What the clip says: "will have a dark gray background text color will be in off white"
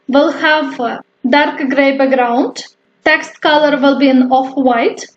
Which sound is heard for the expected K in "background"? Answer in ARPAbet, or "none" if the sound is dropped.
none